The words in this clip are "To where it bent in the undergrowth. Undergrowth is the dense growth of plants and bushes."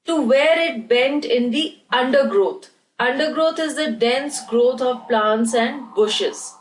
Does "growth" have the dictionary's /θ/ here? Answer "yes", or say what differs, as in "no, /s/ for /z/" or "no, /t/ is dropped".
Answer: no, /t/ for /θ/